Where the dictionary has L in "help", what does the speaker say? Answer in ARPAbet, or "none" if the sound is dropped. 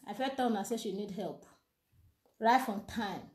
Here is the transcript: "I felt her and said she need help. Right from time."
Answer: L